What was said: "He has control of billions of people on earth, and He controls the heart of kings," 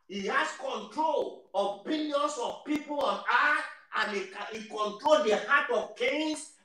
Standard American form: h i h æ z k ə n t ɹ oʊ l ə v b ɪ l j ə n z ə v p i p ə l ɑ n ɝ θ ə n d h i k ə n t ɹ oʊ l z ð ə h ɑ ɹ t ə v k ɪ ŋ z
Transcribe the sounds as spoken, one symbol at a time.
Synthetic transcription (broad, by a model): h i h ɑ s k ə n t ɹ oʊ l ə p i n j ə n s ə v p i p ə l ɑ n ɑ t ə n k h i k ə n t ɹ oʊ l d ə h ɑ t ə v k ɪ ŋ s